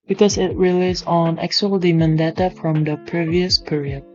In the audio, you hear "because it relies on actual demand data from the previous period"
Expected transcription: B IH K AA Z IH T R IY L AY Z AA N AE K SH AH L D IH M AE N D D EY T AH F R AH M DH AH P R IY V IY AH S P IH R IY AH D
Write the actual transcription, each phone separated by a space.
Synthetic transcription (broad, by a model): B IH K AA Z IH T R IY L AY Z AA N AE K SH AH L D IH M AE N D D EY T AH F R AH M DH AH P R IY V IY AH S P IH R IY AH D